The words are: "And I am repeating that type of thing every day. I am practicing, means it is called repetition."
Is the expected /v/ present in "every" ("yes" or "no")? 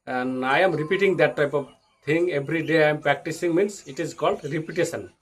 no